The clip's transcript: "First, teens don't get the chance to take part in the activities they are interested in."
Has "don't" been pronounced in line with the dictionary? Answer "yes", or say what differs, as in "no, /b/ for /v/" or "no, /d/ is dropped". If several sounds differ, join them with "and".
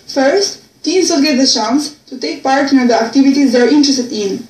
no, /l/ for /n/